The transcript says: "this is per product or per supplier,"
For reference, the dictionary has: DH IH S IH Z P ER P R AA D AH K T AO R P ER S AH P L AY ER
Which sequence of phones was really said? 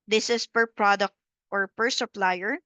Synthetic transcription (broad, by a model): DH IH S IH S P ER P R AA D AH K T AO R P ER S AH P L AY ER